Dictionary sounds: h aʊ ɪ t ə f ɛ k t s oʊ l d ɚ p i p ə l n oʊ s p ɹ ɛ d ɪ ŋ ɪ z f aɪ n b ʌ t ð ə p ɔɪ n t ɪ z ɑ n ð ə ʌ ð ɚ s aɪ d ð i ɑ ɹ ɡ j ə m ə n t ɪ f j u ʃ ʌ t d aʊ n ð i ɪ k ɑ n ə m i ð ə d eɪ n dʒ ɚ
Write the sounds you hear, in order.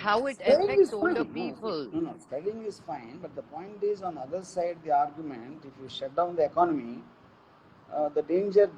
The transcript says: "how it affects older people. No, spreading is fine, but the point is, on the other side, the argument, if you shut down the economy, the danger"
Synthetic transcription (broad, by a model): h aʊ ɪ t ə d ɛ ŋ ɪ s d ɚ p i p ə l n oʊ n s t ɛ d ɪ ŋ ɪ z f aɪ n b ʌ t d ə p ɔɪ n t ɪ z ɑ n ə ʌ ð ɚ s aɪ d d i ɑ ɹ ɡ j ə m ə n t ɪ f j u ʃ ʌ t d aʊ n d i ɪ k ɑ n ə m i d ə d eɪ n dʒ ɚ